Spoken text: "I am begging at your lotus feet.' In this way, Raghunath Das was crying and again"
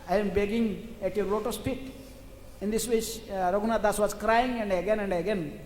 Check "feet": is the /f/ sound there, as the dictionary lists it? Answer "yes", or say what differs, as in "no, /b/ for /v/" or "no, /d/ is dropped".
no, /p/ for /f/